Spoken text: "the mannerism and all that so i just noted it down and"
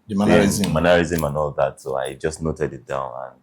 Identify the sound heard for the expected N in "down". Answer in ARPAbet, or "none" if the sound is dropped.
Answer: N